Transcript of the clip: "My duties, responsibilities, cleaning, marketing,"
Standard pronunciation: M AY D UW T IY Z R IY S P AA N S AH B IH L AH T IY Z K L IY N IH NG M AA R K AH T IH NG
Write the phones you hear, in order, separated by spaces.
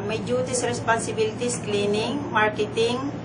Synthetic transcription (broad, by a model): M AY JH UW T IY S R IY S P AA S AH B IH L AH T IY S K L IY N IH NG M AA R K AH T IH NG